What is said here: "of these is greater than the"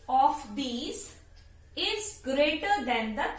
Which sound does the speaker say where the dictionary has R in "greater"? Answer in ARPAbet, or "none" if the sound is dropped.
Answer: R